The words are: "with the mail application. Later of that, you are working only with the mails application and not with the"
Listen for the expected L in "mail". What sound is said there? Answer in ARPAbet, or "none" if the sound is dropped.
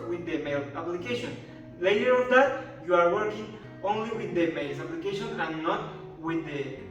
L